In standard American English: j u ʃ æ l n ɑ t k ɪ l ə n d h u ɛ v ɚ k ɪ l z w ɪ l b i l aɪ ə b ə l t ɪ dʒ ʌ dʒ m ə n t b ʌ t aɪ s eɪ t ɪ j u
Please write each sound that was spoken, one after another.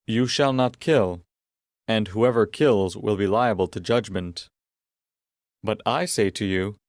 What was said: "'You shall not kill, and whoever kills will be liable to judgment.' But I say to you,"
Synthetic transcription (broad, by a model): j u ʃ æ l n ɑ t k ɪ l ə n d h u ɛ v ɚ k ɪ l z w ɪ l b i l aɪ ə b ə l t ɪ dʒ ʌ dʒ m ə n t b ʌ t aɪ s eɪ t ɪ j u